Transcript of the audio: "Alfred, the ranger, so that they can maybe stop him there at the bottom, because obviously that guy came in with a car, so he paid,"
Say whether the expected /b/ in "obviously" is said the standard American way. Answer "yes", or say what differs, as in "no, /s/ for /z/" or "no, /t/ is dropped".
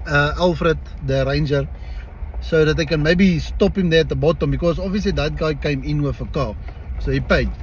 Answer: no, /b/ is dropped